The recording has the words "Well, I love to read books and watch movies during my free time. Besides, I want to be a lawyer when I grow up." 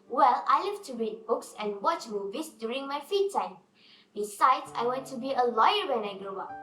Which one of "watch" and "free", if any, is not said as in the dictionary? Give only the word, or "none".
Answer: free